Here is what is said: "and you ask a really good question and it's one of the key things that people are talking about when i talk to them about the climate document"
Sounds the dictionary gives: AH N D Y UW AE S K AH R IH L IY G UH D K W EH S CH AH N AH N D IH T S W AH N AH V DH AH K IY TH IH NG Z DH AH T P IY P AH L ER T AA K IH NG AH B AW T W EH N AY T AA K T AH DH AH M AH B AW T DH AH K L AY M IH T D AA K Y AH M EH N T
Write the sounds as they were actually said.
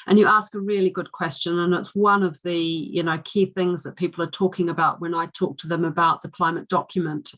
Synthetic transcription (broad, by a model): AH N Y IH AE S K AH R IH L IY G UH D K W EH S CH AH N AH N IH T S W AH N AH V DH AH K IY TH IH NG Z DH AH T P IY P L ER T AA K IH NG AH B AW T W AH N AY T AA K T AH DH AH M AH B AW T DH AH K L AY M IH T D AA K Y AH M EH N T